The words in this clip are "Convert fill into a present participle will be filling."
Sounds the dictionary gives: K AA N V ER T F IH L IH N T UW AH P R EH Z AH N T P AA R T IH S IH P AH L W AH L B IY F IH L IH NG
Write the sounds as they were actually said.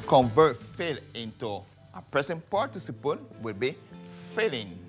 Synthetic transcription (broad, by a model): K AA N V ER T F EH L IH N T UW AH P R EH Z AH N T P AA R T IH S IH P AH N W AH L B IY F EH L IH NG